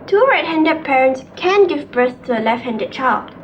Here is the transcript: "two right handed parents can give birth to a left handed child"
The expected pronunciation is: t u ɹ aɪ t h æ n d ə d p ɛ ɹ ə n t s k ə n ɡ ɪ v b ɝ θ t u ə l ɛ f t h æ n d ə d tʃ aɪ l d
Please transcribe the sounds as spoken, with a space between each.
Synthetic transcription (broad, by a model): t u ɹ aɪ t h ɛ n d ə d p ɛ ɹ ə n t s k ə n ɡ ɪ v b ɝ s t u ə l ɛ f t h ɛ n d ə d tʃ aɪ l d